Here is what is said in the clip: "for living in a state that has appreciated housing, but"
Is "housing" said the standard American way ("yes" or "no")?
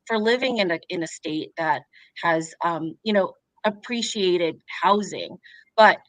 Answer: yes